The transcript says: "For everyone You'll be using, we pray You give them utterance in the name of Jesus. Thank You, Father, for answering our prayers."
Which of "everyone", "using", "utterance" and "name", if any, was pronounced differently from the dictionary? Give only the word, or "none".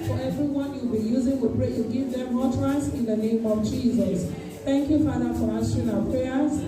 utterance